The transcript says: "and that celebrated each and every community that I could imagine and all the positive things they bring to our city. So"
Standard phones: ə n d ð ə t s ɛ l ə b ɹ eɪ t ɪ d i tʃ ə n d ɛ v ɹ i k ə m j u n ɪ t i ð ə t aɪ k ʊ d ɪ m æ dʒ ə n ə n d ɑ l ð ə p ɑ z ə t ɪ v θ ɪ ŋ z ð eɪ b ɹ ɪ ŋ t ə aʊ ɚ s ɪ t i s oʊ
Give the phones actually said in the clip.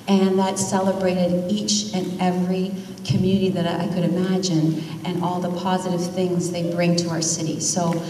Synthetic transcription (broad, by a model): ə n ð ə t s ɛ l ə b ɹ eɪ t ɪ d i tʃ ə n ɛ v ɹ i k ə m j u n ɪ t i ð ə t aɪ k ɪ d ɪ m æ dʒ ə n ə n ɑ l ð ə p ɑ z ə t ɪ v θ ɪ ŋ z ð eɪ b ɹ ɪ ŋ t ə aʊ ɚ s ɪ t i s oʊ